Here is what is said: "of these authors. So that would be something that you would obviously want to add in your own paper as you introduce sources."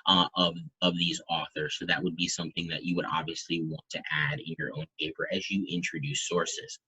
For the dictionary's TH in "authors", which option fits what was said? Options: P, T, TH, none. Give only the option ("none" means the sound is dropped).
TH